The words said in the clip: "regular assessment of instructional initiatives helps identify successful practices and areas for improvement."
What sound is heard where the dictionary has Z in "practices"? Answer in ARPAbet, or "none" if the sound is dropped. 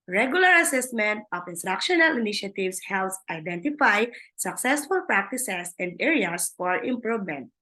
S